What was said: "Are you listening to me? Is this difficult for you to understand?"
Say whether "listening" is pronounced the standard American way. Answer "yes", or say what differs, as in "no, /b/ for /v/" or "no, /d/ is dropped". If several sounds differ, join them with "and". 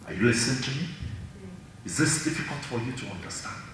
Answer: no, /n/ is dropped